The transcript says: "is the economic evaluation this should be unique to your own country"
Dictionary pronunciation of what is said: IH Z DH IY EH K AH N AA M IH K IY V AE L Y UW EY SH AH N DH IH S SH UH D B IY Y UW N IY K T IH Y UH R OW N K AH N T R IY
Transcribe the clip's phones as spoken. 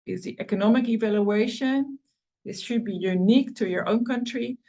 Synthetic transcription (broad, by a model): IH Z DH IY EH K AH N AA M IH K IY V AE L Y UW EY SH AH N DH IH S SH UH D B IY Y UW N IY K T IH Y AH R OW N K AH N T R IY